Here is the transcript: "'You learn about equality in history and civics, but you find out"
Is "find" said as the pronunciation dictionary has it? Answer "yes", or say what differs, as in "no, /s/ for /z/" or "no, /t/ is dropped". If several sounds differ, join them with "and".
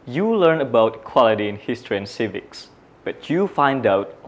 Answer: yes